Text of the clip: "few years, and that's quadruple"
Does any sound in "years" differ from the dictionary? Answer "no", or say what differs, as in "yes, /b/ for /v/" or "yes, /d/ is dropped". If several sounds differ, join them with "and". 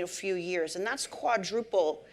no